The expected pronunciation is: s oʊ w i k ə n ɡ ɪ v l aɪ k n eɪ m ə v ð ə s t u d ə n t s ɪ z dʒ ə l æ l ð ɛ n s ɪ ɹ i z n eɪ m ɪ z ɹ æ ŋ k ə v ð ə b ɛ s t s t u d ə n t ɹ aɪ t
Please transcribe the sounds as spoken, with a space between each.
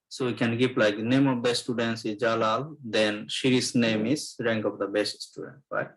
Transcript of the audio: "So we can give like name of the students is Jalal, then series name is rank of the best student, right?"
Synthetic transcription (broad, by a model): s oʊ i k ə n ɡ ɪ p l aɪ k n eɪ m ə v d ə s t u d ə n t s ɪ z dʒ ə l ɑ l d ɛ n ʃ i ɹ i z n eɪ m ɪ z ɹ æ ŋ k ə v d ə b ɛ s t s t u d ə n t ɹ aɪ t